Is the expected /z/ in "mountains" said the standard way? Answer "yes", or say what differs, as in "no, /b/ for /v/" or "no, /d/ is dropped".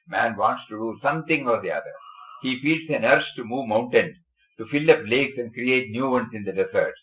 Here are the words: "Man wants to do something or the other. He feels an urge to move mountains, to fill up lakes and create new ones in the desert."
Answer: no, /z/ is dropped